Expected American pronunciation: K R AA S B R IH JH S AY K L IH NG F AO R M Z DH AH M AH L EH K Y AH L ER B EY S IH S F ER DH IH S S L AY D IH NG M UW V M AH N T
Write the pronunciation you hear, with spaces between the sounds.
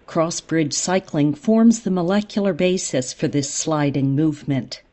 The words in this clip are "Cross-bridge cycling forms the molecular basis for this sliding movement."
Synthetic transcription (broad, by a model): K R AA S B R IH JH S AY K L IH NG F AO R M Z DH AH M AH L EH K Y L ER B EY S IH S F ER DH IH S S L AY D IH NG M UW V M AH N T